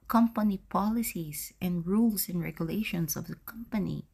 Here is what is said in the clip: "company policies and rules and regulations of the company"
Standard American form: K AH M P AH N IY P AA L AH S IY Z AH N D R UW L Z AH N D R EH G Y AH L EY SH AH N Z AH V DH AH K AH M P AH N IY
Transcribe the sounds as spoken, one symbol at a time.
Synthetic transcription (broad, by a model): K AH M P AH N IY P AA L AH S IY S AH N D R UW L S AH N D R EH G Y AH L EY SH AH N S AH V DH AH K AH M P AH N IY